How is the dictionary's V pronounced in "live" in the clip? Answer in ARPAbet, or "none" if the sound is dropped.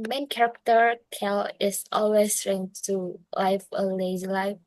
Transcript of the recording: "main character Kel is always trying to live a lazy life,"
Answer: F